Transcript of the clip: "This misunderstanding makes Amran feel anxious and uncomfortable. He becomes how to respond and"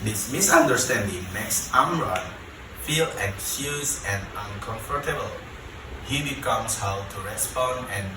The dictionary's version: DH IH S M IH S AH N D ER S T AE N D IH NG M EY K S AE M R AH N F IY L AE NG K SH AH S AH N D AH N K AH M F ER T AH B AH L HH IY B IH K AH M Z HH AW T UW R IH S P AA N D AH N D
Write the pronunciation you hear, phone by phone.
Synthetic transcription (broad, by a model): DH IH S M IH S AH N D ER S T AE N D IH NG M EY K S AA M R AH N F IY L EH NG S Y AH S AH N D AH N K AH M F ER T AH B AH L HH IY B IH K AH M S HH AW T UW R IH S P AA N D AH N